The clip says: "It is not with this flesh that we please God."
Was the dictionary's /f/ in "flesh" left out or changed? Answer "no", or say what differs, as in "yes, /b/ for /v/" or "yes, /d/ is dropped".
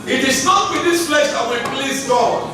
yes, /p/ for /f/